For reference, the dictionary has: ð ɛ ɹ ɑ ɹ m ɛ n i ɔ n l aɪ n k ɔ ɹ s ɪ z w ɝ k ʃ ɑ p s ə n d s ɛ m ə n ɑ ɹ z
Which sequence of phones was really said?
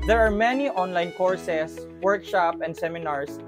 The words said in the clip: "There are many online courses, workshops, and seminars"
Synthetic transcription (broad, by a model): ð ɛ ɹ ɑ ɹ m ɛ n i ɔ n l aɪ n k ɔ ɹ s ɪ s w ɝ k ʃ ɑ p ə n d s ɛ m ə n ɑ ɹ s